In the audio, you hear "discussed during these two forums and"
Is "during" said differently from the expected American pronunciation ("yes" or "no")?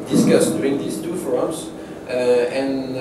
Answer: yes